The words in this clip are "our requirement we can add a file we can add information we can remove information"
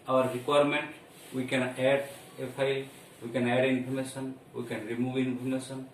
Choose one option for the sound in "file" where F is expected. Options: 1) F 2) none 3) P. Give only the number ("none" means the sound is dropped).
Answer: 3